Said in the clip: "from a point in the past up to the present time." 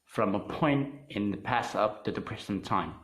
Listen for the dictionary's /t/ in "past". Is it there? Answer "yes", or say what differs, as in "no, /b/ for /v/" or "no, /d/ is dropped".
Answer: no, /t/ is dropped